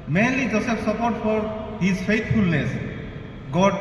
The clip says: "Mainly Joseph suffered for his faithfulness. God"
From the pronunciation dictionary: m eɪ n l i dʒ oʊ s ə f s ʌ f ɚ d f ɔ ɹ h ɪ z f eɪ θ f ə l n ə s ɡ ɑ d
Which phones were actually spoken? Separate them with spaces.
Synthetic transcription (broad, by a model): m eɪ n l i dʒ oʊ s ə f s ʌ p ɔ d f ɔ ɹ h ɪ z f eɪ t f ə l n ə s ɡ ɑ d